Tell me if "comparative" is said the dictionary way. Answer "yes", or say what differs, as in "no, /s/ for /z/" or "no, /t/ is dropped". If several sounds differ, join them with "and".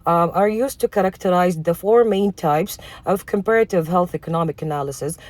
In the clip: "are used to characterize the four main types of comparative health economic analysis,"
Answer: yes